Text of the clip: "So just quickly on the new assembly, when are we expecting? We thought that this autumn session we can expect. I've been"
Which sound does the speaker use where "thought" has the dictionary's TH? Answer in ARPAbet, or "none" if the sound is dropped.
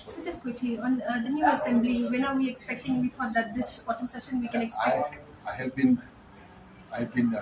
F